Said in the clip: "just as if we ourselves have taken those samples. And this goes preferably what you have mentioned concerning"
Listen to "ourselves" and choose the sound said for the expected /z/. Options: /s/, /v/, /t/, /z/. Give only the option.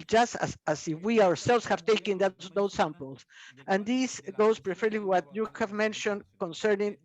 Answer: /s/